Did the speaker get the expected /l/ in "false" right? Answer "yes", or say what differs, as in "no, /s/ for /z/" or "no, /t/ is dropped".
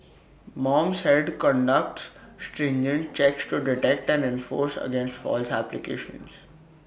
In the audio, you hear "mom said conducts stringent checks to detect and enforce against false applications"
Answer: yes